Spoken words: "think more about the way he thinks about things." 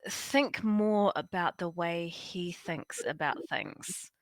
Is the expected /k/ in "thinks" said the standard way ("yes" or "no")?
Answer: yes